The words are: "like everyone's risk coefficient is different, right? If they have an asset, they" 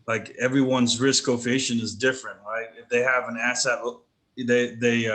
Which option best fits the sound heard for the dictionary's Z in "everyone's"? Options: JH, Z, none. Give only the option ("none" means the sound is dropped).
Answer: Z